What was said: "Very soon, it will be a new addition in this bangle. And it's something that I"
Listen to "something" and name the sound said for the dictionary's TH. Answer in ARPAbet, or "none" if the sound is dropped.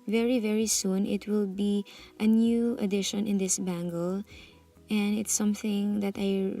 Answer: TH